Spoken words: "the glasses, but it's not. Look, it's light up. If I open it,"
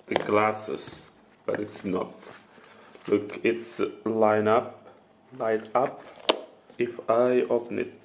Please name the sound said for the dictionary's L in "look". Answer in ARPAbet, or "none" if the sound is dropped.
L